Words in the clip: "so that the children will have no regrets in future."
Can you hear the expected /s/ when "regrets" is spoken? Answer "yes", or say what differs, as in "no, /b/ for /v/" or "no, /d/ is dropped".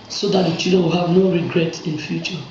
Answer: no, /s/ is dropped